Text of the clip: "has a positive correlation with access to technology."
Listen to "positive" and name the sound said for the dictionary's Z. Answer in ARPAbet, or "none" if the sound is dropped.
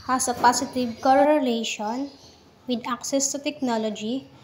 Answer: S